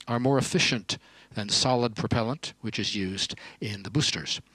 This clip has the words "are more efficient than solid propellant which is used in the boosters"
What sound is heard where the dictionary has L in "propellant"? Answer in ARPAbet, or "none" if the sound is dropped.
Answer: L